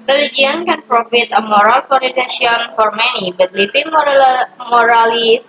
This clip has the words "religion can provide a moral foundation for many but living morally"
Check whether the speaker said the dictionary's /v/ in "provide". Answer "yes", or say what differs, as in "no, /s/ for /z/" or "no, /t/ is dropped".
no, /f/ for /v/